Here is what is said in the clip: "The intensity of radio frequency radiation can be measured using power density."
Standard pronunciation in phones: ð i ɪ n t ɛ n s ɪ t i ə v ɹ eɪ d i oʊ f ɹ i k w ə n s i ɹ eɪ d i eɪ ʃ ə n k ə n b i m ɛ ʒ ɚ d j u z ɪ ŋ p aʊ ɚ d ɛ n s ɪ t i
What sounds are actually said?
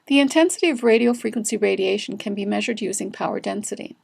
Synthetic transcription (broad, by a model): ð i ɪ n t ɛ n s ɪ t i ə v ɹ eɪ d i oʊ f ɹ i k w ə n s i ɹ eɪ d i eɪ ʃ n k ə n b i m ɛ ʒ ɚ d j u z ɪ ŋ p aʊ ɚ d ɛ n s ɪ t i